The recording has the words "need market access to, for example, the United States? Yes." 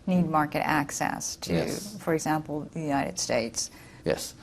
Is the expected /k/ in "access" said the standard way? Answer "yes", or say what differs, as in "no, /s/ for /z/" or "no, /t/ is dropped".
yes